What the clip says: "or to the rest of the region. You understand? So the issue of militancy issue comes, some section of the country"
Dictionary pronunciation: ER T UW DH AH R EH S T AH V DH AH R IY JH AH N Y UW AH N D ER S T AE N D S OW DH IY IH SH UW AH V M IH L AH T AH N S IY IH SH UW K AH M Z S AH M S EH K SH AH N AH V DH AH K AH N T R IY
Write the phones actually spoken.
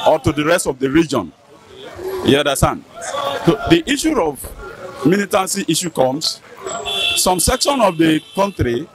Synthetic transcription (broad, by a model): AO T UW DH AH R EH S T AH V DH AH R IY JH AH N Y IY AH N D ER S T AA N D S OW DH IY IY SH UW AH V M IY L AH T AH N S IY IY SH UW K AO M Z S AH M S EH K SH AH N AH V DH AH K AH N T R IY